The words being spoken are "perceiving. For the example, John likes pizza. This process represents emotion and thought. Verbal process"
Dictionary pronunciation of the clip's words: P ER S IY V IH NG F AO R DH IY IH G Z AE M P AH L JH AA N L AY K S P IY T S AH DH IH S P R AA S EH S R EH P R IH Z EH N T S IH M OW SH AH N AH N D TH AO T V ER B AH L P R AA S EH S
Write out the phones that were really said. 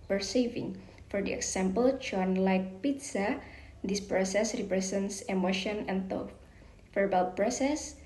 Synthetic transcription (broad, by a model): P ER S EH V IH NG F AO R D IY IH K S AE M P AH L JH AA N L AY K P IY T S AH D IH S P R AA S EH S R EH P R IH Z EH N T S IH M OW SH AH N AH N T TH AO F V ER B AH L P R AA S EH S